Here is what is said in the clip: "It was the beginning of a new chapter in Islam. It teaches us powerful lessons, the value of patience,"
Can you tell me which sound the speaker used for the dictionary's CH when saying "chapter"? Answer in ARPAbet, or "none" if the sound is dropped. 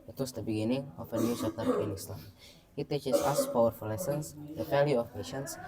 S